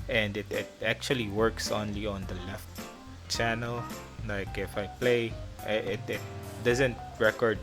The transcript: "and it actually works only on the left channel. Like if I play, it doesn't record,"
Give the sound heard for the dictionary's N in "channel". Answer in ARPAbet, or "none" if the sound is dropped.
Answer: N